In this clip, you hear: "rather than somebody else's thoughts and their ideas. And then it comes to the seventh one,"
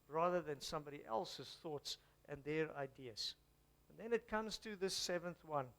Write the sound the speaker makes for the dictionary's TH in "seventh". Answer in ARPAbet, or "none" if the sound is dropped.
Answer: TH